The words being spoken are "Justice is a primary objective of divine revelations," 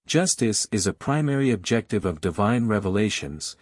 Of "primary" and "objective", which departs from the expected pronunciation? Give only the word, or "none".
none